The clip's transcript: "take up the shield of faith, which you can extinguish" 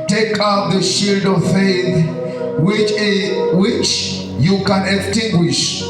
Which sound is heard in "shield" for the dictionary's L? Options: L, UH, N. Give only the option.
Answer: L